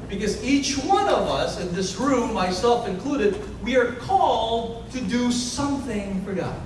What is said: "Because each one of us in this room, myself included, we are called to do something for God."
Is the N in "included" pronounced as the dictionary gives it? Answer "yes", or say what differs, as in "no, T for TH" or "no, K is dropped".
yes